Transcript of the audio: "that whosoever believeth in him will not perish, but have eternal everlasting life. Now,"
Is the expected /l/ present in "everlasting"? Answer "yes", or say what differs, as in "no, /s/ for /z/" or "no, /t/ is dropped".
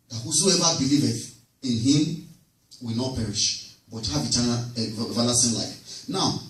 no, /n/ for /l/